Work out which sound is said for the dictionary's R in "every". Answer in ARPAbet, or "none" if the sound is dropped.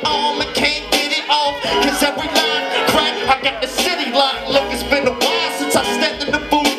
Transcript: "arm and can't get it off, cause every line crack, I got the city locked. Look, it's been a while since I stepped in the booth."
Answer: R